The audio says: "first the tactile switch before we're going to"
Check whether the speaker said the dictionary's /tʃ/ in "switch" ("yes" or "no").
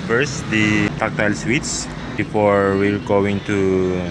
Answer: no